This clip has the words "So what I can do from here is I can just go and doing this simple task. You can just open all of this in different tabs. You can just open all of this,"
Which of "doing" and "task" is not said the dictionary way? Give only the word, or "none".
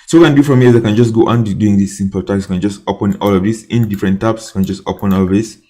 task